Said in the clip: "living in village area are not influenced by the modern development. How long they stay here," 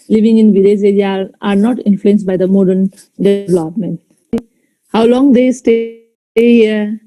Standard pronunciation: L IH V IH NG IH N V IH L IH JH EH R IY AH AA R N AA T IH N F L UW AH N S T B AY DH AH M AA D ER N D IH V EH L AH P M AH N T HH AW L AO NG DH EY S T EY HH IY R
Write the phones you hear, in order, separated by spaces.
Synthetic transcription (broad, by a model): L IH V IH NG IH N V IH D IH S EH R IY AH AA R N AA T IH N F L UW AH N S T B AY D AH M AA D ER N D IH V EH L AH P M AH N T HH AW L AO NG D EY S T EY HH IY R